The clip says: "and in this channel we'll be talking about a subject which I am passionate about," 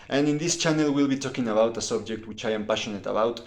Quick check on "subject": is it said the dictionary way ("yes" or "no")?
yes